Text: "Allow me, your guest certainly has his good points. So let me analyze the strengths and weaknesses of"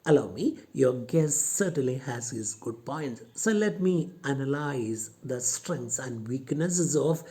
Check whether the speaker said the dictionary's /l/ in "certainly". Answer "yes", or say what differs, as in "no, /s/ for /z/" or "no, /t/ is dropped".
yes